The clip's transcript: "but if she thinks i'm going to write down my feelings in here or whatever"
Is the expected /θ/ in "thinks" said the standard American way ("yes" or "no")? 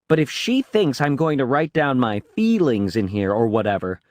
yes